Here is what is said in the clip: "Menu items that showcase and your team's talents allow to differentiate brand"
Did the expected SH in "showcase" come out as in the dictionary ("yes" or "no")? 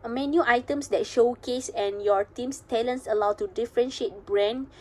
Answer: yes